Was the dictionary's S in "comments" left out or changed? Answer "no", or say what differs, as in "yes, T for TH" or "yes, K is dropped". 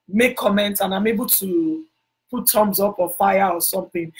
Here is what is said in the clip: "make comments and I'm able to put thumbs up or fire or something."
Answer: yes, S is dropped